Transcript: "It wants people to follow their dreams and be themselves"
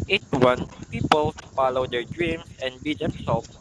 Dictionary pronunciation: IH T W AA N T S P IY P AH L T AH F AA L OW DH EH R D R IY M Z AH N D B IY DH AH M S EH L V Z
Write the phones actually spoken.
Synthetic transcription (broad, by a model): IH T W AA N P IY P AH L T F AA L OW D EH R D R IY M S AH N D B IY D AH M S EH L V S